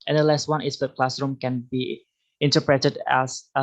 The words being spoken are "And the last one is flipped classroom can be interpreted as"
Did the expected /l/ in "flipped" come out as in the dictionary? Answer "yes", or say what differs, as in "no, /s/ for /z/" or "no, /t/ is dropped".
no, /l/ is dropped